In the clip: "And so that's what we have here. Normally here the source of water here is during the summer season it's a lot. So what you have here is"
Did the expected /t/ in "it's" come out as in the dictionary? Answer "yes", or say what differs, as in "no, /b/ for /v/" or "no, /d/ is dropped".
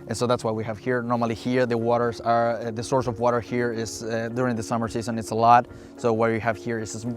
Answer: yes